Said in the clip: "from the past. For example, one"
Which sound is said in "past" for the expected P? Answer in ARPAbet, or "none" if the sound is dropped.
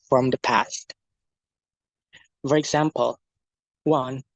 P